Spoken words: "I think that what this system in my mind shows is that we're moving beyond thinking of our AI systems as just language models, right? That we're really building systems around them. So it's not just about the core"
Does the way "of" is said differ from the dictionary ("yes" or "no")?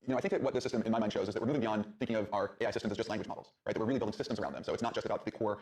no